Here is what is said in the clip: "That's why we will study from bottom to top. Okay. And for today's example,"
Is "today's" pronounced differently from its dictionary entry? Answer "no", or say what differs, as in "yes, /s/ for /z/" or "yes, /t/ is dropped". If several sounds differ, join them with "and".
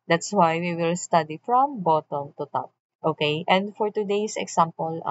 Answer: yes, /s/ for /z/